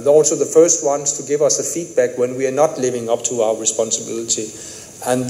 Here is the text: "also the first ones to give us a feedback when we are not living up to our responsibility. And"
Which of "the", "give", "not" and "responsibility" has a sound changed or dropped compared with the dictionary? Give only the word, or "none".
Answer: none